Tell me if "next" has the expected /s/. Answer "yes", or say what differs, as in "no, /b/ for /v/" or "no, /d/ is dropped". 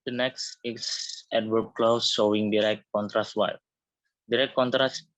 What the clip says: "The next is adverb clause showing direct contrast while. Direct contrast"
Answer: yes